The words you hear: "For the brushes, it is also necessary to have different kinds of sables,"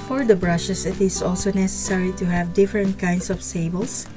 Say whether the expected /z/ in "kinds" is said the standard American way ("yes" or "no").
no